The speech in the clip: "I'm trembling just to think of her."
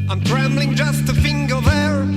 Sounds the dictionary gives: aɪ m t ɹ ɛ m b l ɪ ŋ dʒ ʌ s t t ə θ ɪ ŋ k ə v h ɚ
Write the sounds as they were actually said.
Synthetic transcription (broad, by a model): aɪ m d ɹ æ m b l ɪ ŋ dʒ ʌ s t t ə f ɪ ŋ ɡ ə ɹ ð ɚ